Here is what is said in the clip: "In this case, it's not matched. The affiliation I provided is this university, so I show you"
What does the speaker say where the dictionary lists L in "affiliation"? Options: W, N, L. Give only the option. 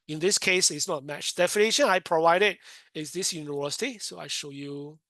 N